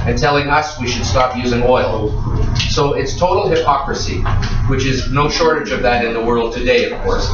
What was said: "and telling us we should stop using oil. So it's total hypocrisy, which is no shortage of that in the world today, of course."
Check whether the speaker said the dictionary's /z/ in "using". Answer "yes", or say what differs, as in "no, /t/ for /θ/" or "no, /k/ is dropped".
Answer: yes